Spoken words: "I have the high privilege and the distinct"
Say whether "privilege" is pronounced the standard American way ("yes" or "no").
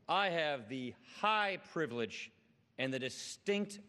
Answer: yes